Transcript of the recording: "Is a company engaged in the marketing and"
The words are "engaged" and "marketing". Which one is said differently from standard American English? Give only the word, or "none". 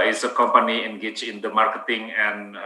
engaged